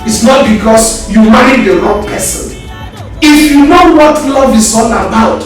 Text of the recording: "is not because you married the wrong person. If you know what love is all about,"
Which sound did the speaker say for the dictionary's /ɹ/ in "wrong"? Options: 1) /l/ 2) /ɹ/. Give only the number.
1